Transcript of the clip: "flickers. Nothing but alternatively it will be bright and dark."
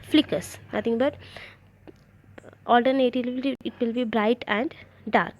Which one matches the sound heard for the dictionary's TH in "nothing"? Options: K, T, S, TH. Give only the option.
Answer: T